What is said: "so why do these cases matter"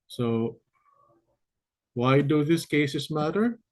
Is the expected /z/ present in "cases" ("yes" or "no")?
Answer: no